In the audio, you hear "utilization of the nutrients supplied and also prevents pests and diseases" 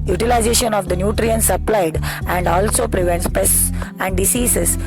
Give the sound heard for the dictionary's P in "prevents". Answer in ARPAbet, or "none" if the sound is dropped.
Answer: P